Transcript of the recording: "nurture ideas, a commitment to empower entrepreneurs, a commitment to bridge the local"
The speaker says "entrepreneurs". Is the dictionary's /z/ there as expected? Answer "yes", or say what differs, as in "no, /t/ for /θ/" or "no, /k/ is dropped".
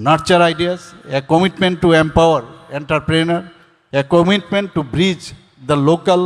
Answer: no, /z/ is dropped